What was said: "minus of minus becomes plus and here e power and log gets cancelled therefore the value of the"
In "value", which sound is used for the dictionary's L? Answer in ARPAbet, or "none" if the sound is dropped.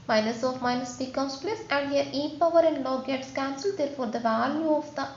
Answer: L